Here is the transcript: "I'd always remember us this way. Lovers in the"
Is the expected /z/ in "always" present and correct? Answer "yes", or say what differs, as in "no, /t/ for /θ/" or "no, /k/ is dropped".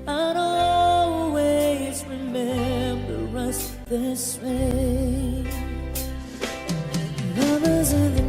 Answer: yes